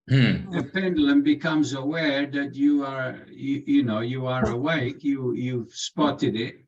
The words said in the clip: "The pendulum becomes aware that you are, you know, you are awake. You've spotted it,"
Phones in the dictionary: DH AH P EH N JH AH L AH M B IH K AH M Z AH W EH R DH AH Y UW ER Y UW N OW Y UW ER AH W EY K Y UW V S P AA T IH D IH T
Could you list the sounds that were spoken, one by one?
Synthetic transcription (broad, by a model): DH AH P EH N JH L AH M B IH K AH M Z AH W EH R DH AH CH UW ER Y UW N OW Y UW ER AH W EY K Y UW V S P AA T IH D IH T